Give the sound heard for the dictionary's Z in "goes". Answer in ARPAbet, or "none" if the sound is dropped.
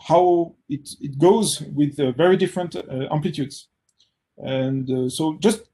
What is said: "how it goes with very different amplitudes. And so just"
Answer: Z